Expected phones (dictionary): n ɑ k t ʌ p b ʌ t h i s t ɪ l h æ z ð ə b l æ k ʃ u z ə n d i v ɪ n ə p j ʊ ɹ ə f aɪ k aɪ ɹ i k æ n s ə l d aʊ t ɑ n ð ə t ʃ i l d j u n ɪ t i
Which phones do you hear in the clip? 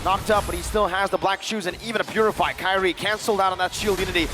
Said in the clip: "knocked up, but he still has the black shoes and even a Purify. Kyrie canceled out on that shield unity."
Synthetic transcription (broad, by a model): n ɑ k t ʌ p b ʌ t h i s t ɪ l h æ z ð ə b l æ k ʃ u z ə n i v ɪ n ə p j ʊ ɹ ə f aɪ k aɪ ɹ i k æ n s l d aʊ t n ð ə t ʃ i l d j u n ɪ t i